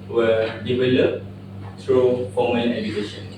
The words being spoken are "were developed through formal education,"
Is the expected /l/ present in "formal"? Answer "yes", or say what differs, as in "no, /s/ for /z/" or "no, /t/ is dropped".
no, /n/ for /l/